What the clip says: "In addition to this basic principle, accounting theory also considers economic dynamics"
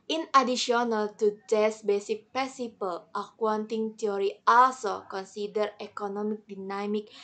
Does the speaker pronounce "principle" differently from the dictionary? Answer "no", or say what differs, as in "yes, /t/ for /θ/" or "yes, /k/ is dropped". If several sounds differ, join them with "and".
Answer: yes, /n/ is dropped